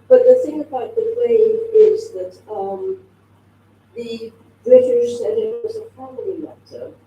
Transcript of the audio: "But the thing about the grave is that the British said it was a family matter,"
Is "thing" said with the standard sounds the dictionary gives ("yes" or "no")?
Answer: yes